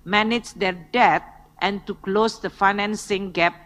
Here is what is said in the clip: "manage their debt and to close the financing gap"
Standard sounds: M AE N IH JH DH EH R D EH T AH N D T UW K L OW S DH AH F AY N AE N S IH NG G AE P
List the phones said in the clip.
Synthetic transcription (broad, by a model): M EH N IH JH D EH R D EH T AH N T UW K L OW S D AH F AY N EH N S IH NG G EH P